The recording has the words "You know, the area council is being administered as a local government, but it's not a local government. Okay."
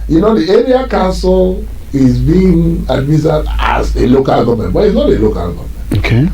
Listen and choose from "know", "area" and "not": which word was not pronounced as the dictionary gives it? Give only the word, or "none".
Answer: none